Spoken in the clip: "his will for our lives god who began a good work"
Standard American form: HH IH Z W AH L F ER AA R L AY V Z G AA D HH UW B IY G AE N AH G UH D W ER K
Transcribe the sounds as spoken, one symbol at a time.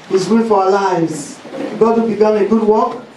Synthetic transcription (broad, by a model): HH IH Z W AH N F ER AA L AY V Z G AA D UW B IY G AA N AH G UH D W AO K